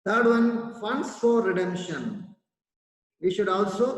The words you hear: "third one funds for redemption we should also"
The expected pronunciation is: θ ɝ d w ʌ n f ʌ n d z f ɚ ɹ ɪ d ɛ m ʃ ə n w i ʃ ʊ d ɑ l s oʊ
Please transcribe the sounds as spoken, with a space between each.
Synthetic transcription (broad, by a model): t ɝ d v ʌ n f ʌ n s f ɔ ɹ ɪ d ɛ m ʃ ə n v i ʃ ʊ d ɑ l s oʊ